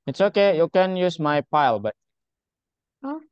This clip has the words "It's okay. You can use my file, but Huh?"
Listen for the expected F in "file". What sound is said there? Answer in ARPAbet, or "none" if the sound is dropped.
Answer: P